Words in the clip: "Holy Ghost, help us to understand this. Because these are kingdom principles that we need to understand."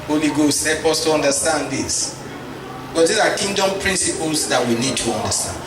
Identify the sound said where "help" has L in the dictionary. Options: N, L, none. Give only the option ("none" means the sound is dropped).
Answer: none